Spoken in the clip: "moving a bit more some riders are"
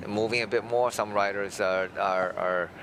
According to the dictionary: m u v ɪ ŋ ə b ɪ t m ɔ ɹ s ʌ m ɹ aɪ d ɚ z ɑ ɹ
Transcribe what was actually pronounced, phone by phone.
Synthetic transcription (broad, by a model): m u v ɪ ŋ ə b ɪ t m ɔ ɹ s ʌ m ɹ aɪ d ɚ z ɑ ɹ